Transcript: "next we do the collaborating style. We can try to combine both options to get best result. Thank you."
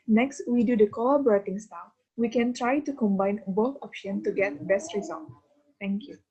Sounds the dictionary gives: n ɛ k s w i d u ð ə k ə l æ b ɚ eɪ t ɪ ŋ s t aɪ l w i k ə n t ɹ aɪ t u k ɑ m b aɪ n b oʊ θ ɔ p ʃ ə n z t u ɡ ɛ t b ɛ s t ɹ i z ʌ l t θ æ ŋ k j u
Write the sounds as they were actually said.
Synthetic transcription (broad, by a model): n ɛ k s w i d u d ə k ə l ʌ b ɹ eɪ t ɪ ŋ s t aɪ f w i k ə n t ɹ aɪ t u k ɑ m b aɪ n b oʊ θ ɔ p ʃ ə n t u ɡ ɛ t b ɛ s t ɹ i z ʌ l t t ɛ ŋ k j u